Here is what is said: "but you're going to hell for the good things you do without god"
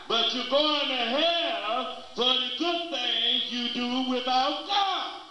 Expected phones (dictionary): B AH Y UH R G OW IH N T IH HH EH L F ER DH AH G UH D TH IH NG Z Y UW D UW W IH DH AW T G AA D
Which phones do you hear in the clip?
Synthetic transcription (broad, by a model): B AH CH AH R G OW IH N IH HH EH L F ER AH G UH D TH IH NG Y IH D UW W IH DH AW T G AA